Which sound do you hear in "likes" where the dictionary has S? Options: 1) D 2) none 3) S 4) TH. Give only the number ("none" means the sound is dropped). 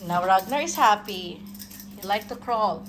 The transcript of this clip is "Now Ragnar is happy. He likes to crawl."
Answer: 2